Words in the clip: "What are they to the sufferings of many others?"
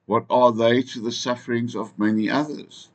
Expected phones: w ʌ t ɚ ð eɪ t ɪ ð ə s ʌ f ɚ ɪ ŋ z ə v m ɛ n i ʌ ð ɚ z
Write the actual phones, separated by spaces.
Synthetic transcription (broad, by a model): w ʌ t ɚ ð eɪ t ɪ ð ə s ʌ f ɚ ɪ ŋ z ə v m ɛ n i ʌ ð ɚ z